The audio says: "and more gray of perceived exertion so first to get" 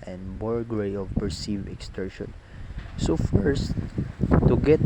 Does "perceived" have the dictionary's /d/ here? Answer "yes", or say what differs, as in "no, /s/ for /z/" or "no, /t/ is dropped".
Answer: no, /d/ is dropped